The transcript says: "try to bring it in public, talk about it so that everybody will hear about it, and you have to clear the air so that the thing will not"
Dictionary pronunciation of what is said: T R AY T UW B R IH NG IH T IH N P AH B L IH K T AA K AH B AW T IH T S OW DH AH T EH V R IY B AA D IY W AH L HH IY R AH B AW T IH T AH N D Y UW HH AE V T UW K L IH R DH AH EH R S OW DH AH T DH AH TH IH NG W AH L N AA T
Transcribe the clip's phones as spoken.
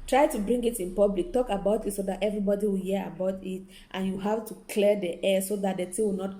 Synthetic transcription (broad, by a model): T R AY T UW B R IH NG IH T IH N P AH B L IH K T AA K AH B AW T IH T S OW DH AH T EH V R IY B AA D IY W AH L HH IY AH AH B AW T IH T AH N Y UW HH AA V T UW K L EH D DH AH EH S OW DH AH T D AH T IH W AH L N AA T